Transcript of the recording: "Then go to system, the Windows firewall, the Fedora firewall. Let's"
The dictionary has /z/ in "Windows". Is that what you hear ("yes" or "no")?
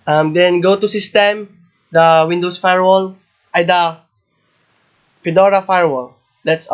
no